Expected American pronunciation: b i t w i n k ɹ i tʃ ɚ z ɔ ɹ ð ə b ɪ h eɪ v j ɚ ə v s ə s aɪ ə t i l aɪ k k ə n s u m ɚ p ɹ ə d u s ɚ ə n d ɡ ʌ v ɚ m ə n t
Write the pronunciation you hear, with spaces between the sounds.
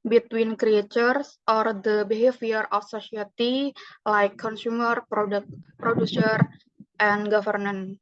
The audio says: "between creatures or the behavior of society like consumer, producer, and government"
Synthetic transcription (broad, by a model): b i t w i n k ɹ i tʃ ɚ s ɔ ɹ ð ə b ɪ h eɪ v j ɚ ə f s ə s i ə t i l aɪ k k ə n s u m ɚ p ɹ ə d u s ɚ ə n ɡ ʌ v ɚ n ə n